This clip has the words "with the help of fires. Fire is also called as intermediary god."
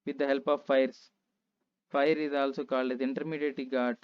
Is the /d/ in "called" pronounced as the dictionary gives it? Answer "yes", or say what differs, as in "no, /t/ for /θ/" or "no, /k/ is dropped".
no, /d/ is dropped